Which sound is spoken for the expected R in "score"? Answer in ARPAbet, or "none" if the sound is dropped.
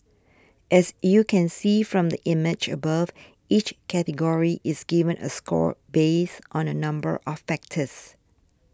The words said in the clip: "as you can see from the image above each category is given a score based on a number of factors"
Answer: R